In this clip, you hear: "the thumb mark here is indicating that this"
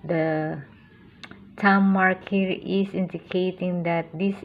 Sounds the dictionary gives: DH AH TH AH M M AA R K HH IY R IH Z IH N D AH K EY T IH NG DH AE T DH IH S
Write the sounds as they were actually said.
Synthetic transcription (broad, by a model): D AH T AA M M AA R K HH IY R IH S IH N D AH K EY T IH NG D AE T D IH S